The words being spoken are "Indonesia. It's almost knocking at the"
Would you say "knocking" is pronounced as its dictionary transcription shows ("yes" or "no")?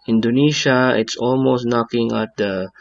yes